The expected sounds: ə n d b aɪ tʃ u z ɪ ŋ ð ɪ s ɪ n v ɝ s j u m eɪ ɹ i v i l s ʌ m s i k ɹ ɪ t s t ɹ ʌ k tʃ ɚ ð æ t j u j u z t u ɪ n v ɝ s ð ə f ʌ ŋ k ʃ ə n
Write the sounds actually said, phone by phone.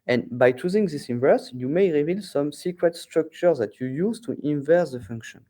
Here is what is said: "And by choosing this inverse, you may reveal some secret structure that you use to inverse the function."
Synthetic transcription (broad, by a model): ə n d b aɪ tʃ u z ɪ ŋ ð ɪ s ɪ n v ɝ s j u m eɪ ɹ i v i l s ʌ m s i k ɹ ɪ t s t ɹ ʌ k tʃ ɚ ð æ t j u j u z t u ɪ n v ɝ s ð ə f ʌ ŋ k ʃ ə n